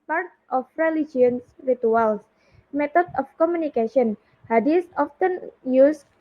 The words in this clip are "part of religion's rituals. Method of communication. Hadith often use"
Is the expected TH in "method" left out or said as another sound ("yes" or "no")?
yes